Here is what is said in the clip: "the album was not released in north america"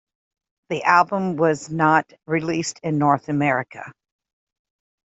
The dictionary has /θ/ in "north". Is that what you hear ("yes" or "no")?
yes